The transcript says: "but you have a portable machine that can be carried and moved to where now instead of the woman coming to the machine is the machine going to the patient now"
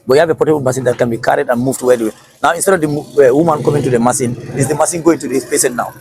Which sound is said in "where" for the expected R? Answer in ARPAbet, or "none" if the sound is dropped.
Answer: W